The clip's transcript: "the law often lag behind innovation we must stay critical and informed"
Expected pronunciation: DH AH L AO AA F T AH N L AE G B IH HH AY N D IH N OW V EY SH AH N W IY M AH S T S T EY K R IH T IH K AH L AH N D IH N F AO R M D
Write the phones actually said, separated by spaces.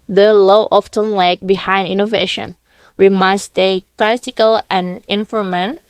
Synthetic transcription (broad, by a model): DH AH L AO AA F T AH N L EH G B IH HH AY N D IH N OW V EY SH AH N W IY M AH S S T EY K L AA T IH K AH L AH N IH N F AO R M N